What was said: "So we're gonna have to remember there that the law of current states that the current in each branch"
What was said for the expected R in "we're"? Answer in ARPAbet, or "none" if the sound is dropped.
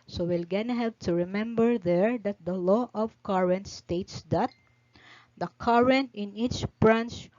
L